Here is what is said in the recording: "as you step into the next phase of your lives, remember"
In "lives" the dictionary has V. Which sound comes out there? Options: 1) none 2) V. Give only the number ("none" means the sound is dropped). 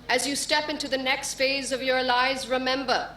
1